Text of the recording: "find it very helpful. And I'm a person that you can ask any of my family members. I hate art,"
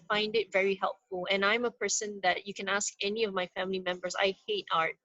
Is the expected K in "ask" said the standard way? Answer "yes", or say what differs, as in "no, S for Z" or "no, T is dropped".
yes